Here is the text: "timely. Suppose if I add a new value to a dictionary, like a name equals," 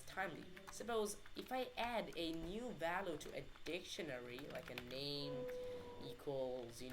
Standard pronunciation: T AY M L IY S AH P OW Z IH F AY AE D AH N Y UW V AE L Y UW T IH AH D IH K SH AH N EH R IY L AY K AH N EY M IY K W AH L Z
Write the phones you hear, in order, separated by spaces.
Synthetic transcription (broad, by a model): T AY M L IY S AH P OW Z IH F AY AE D AH N Y UW V AE L Y UW T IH AH D IH K SH AH N EH R IY L AY K AH N EY M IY K W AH L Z